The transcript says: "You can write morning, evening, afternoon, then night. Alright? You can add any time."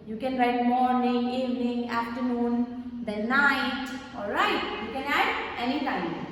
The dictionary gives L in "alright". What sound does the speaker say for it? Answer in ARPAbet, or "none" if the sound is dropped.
L